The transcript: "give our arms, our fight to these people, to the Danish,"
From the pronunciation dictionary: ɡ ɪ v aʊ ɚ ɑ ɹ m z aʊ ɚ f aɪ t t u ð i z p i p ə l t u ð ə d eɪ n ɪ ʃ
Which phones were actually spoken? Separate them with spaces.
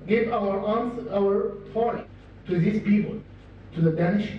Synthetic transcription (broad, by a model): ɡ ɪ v aʊ ɚ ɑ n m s aʊ ɚ p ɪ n t u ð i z p i p ə l t u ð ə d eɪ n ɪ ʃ